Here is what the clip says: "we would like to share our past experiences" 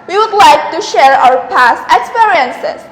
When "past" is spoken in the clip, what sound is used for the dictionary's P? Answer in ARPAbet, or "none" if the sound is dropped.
P